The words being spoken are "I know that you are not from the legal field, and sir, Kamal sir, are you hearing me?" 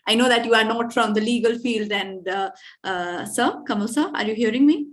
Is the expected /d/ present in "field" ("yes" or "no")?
yes